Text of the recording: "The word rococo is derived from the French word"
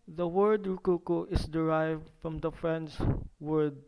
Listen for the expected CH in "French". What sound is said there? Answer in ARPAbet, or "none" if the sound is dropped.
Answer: S